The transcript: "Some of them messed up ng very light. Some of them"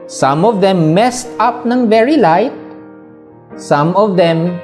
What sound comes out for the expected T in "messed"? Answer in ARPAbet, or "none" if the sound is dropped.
T